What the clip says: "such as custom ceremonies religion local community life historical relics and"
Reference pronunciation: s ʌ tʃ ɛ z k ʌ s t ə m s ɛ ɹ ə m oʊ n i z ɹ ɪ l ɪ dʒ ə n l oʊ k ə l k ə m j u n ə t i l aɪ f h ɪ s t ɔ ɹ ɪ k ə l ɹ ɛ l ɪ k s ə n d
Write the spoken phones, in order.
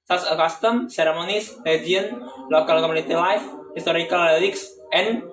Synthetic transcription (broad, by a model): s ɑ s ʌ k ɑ s t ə m s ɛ ɹ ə m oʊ n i s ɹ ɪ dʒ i ə n l oʊ k ə l k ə m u n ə t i l aɪ f h ɪ s t ɔ ɹ ɪ k ə l l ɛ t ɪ k s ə n